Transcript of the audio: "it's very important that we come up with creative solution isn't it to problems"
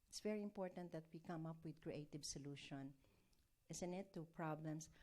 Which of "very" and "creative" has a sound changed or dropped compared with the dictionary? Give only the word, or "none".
none